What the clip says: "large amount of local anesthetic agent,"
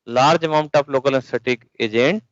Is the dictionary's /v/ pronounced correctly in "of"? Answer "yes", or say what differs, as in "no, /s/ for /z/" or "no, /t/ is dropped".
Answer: no, /p/ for /v/